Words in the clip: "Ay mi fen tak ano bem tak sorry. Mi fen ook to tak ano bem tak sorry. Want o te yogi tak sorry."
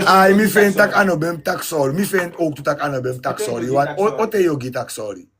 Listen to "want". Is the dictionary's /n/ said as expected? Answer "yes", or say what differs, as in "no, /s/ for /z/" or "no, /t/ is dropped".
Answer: no, /n/ is dropped